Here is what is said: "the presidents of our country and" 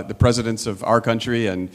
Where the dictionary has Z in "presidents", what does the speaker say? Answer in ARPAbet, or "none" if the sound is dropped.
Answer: Z